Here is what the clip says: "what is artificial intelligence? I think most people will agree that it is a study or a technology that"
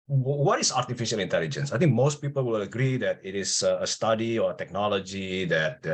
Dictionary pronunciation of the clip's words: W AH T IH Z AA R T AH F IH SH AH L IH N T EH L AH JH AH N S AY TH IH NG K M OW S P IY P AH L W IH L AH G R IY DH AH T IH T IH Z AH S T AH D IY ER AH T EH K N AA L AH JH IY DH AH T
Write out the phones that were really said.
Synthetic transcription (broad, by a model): W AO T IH S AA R T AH F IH SH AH L IH N T EH L AH JH AH N S AY T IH NG K M OW S P IY P AH L W IH L AH G R IY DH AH T IH T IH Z AH S T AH D IY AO AH T EH K N AA L AH JH IY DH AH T